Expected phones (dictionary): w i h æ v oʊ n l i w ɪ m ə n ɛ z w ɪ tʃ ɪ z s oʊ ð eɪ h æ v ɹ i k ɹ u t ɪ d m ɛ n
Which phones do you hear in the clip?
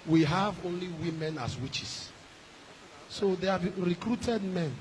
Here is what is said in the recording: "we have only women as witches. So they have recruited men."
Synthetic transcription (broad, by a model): w i h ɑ v oʊ n l i w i m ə n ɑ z w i tʃ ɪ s s oʊ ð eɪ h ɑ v ɹ i k ɹ u t ɪ d m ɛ n